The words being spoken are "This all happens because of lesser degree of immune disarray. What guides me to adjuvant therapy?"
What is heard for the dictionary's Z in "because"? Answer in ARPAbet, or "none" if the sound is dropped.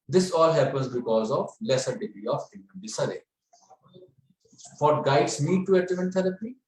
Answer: Z